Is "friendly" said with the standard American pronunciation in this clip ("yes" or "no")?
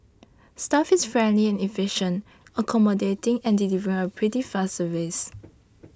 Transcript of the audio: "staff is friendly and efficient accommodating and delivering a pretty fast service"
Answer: yes